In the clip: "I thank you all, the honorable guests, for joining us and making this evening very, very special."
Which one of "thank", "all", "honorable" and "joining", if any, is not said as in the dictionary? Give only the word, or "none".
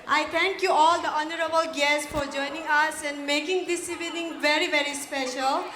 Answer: thank